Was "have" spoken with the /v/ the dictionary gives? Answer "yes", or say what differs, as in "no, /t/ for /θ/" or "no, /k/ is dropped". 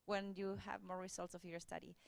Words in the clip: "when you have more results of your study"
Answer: yes